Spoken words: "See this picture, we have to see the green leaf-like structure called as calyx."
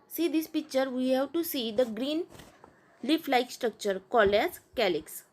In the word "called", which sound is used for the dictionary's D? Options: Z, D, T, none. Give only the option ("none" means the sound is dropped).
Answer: none